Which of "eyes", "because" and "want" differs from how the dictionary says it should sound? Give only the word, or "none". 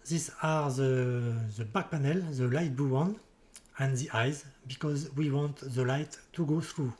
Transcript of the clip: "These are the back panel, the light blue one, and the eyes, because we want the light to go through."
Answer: none